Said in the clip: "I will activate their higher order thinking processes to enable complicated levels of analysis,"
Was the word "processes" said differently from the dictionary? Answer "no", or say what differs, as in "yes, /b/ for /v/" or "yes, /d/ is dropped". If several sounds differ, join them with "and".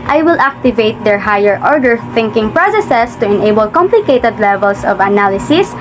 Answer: yes, /s/ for /z/